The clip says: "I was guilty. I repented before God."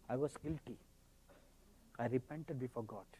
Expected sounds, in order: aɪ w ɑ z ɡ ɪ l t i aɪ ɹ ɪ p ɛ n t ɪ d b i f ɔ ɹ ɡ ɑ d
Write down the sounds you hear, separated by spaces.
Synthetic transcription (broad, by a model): aɪ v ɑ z ɡ ɪ l t i aɪ ɹ ɪ p ɛ n t ɪ d b i f ɔ ɹ ɡ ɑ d